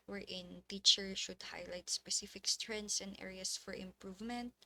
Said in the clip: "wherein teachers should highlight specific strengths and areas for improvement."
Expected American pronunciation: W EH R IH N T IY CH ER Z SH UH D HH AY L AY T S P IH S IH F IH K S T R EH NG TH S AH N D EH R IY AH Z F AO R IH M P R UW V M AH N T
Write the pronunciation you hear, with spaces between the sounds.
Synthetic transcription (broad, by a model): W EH R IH N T IY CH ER SH UH D HH AY L AY T S P IH S IH F IH K S T R EH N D S AH N D EH R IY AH S F AO R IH M P R UW V M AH N T